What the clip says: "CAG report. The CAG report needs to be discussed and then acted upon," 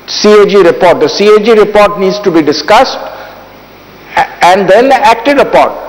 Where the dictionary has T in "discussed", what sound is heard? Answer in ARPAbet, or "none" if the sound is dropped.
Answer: T